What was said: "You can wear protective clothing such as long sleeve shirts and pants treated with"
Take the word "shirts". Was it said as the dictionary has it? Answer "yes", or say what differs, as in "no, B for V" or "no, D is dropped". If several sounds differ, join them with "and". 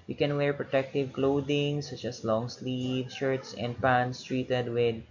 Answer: yes